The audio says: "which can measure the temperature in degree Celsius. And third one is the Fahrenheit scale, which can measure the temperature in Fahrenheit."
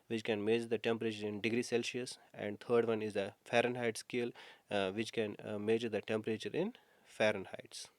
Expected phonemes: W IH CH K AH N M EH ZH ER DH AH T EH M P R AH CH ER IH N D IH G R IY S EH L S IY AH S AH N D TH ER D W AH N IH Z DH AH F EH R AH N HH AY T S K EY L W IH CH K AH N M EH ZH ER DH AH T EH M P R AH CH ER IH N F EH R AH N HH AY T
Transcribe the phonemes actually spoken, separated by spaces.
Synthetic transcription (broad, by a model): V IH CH K AH N M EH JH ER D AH T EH M P R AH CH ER IH N D IH G R IY S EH L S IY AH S AH N D T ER D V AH N IH Z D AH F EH R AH N HH AY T S K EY L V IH CH K AH N M EH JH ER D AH T EH M P R AH CH ER IH N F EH R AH N HH AY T